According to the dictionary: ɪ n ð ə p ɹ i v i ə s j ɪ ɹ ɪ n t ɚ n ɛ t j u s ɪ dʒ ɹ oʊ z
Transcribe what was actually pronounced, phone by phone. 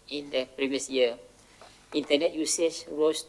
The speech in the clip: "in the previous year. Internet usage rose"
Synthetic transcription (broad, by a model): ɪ n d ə p ɹ i v i ə s j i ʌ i n t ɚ n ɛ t j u s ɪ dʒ ɹ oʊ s